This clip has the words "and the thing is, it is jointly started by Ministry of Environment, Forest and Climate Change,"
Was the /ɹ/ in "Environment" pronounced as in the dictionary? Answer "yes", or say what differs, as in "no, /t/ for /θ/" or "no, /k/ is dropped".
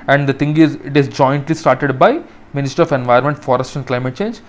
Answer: no, /ɹ/ is dropped